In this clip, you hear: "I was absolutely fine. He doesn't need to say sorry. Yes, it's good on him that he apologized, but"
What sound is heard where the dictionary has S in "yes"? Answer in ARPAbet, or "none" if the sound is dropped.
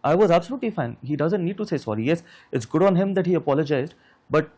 S